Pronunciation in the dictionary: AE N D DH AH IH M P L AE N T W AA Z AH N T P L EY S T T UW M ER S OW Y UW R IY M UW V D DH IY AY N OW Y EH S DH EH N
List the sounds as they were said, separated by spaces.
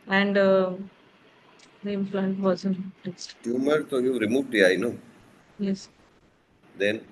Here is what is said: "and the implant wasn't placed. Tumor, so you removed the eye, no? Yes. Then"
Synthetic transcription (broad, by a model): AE N D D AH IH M F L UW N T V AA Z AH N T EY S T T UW M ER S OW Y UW R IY M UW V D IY AY N OW Y EH S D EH N